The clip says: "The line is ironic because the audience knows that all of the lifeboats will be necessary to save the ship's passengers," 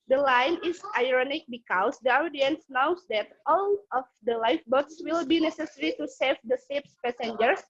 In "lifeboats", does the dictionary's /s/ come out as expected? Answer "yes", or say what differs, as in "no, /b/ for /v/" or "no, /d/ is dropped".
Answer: yes